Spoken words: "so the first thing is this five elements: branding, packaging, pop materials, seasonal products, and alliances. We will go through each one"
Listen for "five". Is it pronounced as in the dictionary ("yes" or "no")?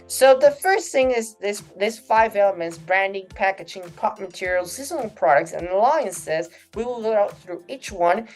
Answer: yes